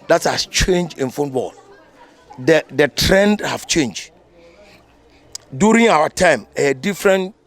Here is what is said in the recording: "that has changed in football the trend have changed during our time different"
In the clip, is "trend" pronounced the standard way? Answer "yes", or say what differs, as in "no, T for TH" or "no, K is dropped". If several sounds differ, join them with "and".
yes